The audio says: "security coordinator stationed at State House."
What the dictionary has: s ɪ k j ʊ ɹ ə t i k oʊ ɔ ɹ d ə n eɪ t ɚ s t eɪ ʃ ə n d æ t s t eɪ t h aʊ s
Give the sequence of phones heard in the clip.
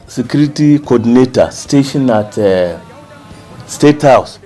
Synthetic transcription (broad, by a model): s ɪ k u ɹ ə t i k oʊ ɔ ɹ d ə n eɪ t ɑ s t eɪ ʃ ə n ɑ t s t eɪ t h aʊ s